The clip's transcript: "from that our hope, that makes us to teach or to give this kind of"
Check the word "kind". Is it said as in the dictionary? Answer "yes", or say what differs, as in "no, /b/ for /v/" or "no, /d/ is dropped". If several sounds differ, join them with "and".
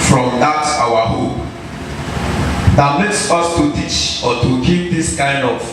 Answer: yes